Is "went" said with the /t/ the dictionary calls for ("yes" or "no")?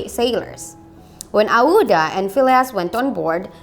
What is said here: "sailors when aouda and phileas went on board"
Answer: yes